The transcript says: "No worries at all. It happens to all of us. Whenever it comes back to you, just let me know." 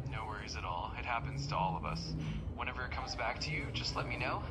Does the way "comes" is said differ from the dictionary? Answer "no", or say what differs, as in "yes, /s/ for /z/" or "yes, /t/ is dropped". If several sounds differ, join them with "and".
no